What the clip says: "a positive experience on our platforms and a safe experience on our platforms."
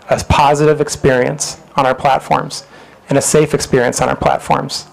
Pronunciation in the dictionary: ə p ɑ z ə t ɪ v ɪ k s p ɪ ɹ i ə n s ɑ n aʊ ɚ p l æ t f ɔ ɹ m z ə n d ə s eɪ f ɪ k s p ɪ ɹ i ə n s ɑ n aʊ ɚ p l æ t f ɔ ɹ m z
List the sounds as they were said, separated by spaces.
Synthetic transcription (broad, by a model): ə p ɑ z ə t ɪ v ɪ k s p ɪ ɹ i ə n s n aʊ ɚ p l æ t f ɔ ɹ m z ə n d ə s eɪ f ɪ k s p ɪ ɹ i ə n s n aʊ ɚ p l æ t f ɔ ɹ m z